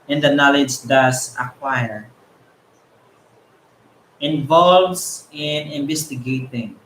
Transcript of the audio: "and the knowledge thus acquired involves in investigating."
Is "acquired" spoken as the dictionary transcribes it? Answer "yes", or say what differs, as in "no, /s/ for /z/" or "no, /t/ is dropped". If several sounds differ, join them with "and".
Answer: no, /d/ is dropped